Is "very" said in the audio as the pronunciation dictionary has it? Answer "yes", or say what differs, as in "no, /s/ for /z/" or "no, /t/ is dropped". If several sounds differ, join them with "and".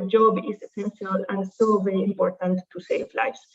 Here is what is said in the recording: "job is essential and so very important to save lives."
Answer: yes